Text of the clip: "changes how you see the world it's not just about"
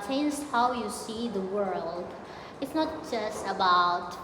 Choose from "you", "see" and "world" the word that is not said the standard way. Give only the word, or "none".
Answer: none